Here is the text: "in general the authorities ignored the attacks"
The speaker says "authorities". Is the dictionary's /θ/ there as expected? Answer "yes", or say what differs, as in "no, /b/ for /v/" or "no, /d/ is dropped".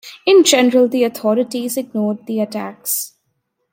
no, /t/ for /θ/